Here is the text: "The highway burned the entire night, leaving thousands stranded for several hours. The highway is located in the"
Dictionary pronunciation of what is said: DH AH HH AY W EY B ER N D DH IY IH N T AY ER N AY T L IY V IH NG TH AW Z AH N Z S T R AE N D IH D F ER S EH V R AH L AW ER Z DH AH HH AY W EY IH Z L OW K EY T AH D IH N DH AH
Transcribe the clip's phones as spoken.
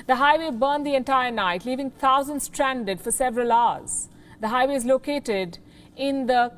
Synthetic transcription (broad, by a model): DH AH HH AY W EY B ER N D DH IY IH N T AY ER N AY T L IY V IH NG T AW Z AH N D S T R AE N D IH D F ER S EH V R AH L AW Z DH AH HH AY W EY IH Z L OW K EY T AH D IH N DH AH